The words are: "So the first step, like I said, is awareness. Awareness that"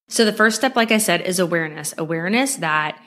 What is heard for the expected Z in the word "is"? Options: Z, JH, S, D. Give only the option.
Z